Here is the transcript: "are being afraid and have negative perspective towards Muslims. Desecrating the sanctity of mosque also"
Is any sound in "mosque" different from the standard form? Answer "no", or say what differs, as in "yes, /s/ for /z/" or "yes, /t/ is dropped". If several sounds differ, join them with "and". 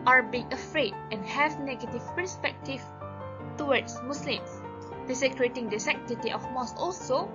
yes, /k/ is dropped